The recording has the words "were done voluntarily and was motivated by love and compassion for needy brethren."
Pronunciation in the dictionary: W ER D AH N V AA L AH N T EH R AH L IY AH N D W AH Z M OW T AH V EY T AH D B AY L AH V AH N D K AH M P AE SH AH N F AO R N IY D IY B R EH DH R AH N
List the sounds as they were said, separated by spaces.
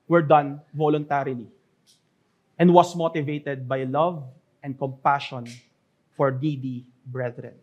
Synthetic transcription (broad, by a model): W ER D AH N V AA L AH N T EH R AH L IY AH N D W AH S M OW T AH V EY T AH D B AY L AH V AH N D K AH M P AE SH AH N F AO R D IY D IY B R EH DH R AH N